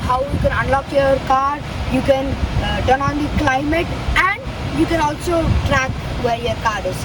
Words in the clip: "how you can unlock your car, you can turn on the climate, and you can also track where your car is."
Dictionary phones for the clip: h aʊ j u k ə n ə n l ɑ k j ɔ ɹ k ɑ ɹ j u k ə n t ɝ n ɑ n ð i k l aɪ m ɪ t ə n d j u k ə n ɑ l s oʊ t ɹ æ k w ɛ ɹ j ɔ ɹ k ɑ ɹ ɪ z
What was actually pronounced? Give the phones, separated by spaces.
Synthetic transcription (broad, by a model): h aʊ j u k ə n ə n l ɑ k j ɔ ɹ k ɑ ɹ j u k ə n t ɝ n ɑ n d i k l aɪ m ɪ t ə n d j u k ə n ɑ l s oʊ t ɹ æ k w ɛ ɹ j ɔ ɹ k ɑ ɹ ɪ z